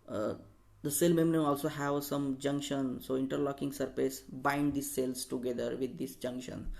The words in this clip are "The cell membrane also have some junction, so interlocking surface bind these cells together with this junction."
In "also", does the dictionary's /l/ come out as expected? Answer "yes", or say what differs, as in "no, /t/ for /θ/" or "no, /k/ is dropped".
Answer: yes